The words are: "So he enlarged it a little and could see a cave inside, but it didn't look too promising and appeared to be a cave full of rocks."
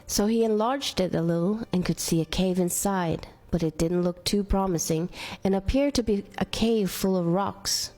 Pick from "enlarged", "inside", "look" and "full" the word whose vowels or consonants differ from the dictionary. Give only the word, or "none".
none